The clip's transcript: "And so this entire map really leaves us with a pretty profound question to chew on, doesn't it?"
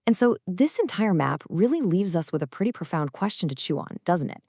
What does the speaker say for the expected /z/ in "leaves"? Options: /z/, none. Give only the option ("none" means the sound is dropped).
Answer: /z/